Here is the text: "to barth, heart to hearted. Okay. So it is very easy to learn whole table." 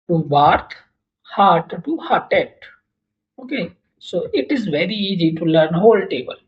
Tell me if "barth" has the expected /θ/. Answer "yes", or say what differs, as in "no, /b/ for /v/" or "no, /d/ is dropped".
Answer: no, /t/ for /θ/